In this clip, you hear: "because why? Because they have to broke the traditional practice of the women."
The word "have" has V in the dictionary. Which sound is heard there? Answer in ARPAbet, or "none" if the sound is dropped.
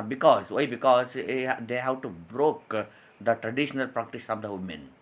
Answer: W